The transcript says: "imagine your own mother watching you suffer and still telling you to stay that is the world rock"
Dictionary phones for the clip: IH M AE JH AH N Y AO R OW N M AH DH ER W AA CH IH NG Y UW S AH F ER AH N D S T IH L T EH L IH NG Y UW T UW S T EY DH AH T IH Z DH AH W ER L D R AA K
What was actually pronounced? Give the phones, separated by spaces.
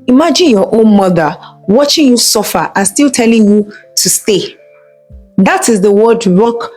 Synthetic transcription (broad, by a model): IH M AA JH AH N Y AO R OW N M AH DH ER W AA CH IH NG Y UW S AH F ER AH N S T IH L T EH L IH NG Y UW T UW S T EY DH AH T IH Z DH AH W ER D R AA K